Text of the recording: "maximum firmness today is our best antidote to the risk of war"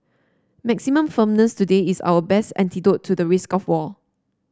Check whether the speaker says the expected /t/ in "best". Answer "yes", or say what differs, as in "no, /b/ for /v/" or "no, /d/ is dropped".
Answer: yes